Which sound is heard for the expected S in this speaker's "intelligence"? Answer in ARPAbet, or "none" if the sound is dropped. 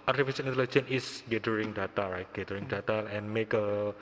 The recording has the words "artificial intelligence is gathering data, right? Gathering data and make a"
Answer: none